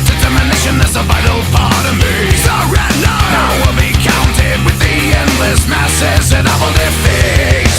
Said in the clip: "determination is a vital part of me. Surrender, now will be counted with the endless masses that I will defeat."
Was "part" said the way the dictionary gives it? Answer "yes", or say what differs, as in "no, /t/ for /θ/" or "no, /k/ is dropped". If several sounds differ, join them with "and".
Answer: no, /f/ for /p/